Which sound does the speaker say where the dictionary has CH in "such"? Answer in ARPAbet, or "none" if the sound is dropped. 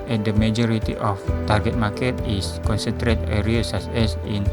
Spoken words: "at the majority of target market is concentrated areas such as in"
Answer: S